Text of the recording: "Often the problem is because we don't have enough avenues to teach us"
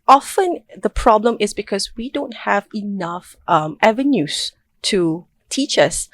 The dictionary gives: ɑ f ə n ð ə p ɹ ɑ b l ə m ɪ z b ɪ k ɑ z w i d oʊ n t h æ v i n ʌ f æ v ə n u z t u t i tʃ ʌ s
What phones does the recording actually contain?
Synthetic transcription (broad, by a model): ɑ f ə n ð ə p ɹ ɑ b l ə m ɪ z b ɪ k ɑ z w i d oʊ n t h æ v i n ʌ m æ v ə n u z t u t i tʃ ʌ s